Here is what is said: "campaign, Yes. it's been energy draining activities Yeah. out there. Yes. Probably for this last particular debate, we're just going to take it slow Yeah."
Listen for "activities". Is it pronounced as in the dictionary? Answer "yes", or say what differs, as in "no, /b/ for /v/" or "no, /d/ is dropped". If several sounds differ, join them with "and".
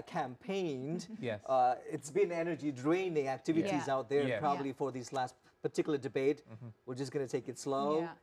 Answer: yes